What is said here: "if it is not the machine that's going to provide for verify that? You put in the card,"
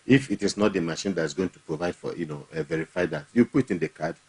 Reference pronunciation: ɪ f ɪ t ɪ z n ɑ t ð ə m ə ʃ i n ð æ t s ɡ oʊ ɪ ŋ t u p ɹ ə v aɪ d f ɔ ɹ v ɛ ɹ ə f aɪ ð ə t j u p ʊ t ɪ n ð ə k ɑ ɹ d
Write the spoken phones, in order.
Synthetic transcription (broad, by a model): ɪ f ɪ t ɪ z n ɑ t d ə m ə ʃ i n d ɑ t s ɡ oʊ ɪ ŋ t u p ɹ ə v aɪ d f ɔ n v ɛ ɹ ə f aɪ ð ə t j u p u t ɪ n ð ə k ɑ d